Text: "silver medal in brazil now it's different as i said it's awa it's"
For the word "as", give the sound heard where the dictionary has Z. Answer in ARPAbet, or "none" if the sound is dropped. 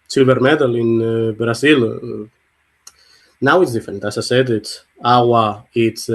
S